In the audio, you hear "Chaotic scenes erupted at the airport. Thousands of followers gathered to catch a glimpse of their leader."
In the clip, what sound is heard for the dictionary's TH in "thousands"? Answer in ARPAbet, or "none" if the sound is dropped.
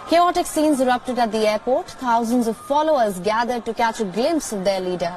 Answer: T